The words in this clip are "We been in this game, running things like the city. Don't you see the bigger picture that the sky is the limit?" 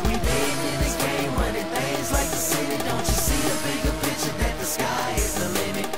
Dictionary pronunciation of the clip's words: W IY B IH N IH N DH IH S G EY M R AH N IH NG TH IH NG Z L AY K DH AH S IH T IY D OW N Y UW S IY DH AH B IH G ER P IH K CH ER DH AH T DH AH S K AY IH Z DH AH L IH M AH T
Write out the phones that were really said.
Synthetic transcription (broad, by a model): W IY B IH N IH N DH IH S G EY M W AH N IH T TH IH Z L AY K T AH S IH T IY D OW N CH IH S IY DH AH B IH G ER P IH CH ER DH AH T DH AH S K AY IH Z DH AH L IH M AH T